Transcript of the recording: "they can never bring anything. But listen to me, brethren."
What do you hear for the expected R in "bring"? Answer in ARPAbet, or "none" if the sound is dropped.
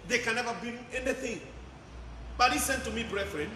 none